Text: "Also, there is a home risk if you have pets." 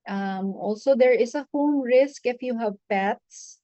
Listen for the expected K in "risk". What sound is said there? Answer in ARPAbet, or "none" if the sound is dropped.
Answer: K